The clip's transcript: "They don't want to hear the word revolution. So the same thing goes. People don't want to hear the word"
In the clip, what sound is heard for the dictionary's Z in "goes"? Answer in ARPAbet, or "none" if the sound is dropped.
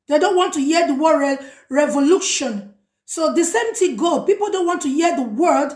none